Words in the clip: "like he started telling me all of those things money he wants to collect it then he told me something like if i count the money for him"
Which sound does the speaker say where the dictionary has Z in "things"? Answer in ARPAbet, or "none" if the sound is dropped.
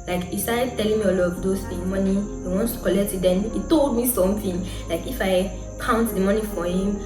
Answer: none